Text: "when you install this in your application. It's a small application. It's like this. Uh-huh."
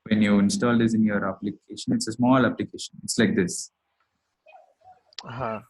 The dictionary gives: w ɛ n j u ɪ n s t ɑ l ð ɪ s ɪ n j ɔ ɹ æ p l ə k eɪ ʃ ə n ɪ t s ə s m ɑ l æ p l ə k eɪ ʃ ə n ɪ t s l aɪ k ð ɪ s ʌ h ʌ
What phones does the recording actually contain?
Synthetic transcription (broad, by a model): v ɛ n j u ɪ n s t ɑ l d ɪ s ɪ n j ɔ ɹ æ p l ə k eɪ ʃ ə n ɪ t s ə s m ɑ l æ p l ə k eɪ ʃ ə n ɪ t s l aɪ k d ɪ s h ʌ